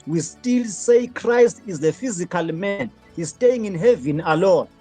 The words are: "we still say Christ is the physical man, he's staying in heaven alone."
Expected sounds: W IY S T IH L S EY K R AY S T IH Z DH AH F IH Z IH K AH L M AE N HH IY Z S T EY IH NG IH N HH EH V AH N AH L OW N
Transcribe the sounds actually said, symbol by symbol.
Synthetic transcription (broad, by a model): W IY S T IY L S EY K R AY S T IH Z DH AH F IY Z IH K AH L M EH N HH IY Z S T EY IH NG IH N HH EH V AH N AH L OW N